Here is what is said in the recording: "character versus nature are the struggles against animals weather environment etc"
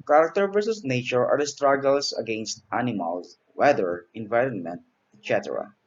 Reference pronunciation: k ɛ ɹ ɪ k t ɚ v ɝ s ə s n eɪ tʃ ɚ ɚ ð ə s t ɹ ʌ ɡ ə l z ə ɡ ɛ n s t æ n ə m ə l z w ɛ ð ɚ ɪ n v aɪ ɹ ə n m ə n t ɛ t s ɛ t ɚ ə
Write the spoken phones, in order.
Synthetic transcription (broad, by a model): k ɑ ɹ k t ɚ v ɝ s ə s n eɪ tʃ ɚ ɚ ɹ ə s t ɹ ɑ ɡ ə l s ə ɡ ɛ n s t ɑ n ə m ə l s w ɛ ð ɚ ɪ n v aɪ ɹ ə n m ə n t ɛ t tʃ ɛ t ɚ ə